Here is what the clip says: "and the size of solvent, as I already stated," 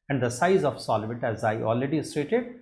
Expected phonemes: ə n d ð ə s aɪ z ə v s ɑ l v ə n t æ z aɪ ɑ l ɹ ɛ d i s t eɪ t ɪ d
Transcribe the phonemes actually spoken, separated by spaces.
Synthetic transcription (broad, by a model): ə n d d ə s aɪ z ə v s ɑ l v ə t æ z aɪ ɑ l ɹ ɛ d i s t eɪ t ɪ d